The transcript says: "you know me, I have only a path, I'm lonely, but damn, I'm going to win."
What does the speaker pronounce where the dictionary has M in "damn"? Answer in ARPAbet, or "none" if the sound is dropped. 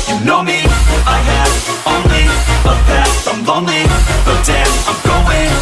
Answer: none